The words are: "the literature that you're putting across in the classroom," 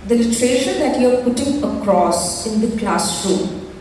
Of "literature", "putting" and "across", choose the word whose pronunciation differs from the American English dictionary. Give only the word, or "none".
literature